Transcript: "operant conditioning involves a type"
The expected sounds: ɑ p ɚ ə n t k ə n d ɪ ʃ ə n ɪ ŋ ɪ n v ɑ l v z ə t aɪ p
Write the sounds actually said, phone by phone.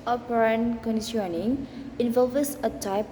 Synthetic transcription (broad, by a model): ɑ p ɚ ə n k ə n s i ə n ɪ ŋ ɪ n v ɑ l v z ə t aɪ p